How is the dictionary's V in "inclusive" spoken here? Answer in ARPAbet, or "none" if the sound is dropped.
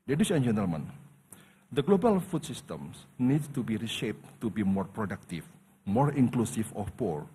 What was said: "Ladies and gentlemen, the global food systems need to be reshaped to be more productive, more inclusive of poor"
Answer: F